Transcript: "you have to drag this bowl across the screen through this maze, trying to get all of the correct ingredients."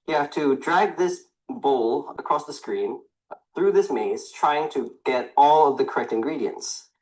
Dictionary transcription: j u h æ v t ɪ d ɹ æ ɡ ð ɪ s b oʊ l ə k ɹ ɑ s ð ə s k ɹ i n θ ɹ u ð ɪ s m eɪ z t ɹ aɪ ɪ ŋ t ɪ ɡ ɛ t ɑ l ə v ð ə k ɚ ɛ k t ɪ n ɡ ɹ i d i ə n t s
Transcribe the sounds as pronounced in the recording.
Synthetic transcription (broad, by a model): j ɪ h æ f t ɪ d ɹ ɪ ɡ ð ɪ s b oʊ l ə k ɹ ɑ s ð ə s k ɹ i n θ ɹ u ð ɪ s m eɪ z t ɹ aɪ ɪ ŋ t ɪ ɡ ɛ t ɑ l ə v ð ə k ɚ ɛ k t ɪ n ɡ ɹ i d i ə n t s